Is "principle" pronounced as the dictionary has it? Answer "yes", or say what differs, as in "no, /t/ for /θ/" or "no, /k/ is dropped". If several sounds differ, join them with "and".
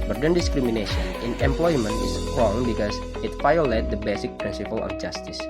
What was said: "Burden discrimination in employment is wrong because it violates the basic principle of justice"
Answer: no, /n/ is dropped